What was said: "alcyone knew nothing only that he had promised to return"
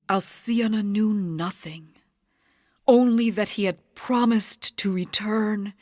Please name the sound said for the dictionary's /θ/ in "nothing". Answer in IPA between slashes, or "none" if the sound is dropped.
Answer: /θ/